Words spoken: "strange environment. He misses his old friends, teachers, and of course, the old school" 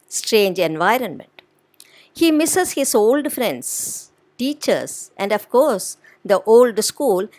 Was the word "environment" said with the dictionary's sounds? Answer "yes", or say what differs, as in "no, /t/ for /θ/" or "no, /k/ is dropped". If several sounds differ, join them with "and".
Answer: yes